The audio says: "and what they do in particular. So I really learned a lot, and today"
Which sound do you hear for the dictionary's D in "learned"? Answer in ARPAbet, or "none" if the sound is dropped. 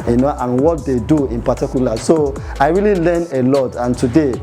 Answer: none